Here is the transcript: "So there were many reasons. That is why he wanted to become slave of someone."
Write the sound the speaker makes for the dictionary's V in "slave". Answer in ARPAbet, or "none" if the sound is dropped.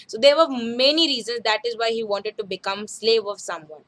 V